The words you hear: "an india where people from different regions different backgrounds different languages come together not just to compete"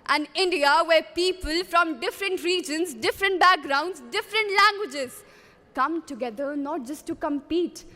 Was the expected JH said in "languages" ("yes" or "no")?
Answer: yes